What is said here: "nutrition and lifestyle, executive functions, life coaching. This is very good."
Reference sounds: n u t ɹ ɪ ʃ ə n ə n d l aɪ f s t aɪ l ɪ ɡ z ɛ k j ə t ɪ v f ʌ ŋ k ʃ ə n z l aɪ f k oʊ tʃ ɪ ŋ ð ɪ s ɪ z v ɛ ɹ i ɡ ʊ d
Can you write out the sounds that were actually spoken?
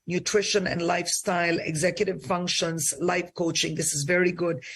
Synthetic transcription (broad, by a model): n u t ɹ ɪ ʃ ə n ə n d l aɪ f s t aɪ l ɪ ɡ z ɛ k j ə t ɪ v f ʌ ŋ k ʃ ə n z l aɪ f k oʊ tʃ ɪ ŋ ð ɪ s ɪ z v ɛ ɹ i ɡ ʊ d